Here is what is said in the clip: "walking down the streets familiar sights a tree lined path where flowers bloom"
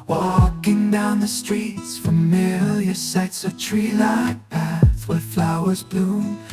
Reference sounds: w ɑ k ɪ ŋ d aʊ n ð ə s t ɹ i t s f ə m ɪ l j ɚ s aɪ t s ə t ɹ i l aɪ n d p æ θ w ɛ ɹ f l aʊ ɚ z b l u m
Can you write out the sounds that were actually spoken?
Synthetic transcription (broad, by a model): w ɑ k ɪ ŋ d aʊ n ð ə s t ɹ i t s f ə m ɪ l j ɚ s aɪ t s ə t ɹ i l aɪ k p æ θ w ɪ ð f l aʊ ɚ z b l u